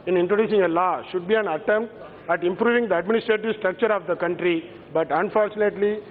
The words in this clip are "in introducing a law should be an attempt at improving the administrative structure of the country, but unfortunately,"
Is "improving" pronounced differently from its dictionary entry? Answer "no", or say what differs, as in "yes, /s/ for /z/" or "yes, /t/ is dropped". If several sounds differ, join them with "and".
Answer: no